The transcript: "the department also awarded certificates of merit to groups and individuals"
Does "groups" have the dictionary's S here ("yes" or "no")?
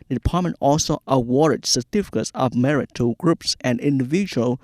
yes